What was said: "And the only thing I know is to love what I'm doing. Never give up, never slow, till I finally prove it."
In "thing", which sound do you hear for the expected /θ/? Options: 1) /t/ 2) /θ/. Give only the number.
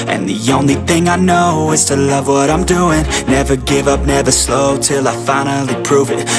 2